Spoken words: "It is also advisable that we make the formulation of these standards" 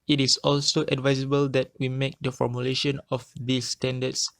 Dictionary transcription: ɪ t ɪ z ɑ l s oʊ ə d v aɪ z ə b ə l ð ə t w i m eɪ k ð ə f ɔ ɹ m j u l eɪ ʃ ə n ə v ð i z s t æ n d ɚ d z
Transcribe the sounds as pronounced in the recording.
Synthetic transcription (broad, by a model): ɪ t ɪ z ɑ l s oʊ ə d v aɪ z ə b ə l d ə t w i m eɪ k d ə f ɔ ɹ m j u l eɪ ʃ ə n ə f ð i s t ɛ n d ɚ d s